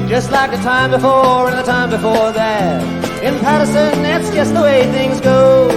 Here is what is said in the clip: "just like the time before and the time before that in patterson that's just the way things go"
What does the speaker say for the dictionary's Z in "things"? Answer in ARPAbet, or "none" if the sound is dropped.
Z